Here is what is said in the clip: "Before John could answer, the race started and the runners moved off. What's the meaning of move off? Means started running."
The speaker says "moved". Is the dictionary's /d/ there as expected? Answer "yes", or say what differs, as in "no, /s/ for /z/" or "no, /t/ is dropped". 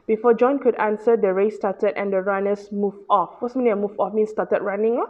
no, /d/ is dropped